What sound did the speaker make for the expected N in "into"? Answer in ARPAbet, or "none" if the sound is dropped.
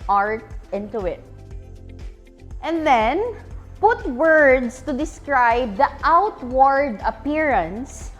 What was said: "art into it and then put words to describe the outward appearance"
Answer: N